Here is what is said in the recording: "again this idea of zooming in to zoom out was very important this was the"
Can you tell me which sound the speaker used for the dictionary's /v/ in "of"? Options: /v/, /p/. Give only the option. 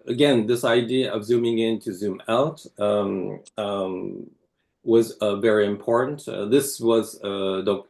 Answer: /v/